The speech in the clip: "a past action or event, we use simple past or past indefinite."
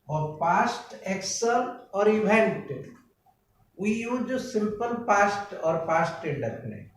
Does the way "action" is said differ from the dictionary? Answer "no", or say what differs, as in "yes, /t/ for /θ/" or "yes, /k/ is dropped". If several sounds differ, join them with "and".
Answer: yes, /s/ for /ʃ/